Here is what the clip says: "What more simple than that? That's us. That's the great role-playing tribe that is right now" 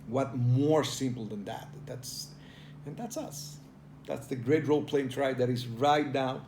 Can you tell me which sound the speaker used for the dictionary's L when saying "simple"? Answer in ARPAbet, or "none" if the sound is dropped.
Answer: N